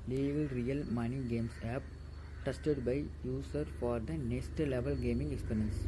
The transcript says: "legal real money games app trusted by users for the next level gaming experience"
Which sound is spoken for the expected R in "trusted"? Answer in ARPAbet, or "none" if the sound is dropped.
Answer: none